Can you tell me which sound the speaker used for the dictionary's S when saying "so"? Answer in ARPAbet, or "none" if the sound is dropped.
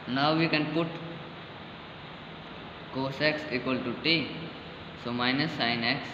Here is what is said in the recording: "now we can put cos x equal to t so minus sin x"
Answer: S